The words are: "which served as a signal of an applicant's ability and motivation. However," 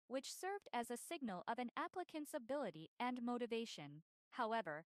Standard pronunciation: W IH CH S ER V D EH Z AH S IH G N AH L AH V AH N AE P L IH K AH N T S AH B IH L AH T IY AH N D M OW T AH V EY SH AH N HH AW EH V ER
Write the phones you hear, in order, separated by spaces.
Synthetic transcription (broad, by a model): W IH CH S ER V D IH Z AH S IH G N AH L AH V AH N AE P L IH K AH N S AH B IH L AH T IY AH N M OW T AH V EY SH AH N HH AW EH V ER